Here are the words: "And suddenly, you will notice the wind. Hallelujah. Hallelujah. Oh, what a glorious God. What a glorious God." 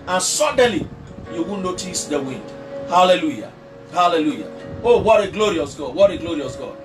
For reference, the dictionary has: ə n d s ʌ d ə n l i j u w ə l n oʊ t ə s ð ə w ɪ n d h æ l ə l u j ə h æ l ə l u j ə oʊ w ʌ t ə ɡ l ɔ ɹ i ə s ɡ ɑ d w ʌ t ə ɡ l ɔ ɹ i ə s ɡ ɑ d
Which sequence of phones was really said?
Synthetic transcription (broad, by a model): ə n s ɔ d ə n l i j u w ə n n oʊ t ə s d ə w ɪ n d h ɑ l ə l u j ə h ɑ l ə l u j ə oʊ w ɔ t ə ɡ l ɔ ɹ i ə s ɡ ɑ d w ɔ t ə ɡ l ɔ ɹ i ə s ɡ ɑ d